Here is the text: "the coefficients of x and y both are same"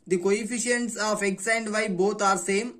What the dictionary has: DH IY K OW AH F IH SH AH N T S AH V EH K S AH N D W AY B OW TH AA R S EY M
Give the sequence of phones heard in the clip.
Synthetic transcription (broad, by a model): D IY K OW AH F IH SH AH N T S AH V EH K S AH N D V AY B OW T AA R S EY M